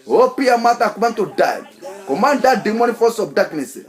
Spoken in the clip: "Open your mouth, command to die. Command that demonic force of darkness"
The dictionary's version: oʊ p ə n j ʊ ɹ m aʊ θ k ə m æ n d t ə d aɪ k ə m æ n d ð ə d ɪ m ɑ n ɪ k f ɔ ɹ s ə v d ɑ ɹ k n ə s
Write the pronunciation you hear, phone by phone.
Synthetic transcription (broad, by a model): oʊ p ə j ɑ m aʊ t k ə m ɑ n t ə d aɪ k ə m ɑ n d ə d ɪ m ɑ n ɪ f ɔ s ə b d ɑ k n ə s